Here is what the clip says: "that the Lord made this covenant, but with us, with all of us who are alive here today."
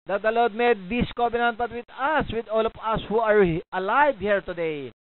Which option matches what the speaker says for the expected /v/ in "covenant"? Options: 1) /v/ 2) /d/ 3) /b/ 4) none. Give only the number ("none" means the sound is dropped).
3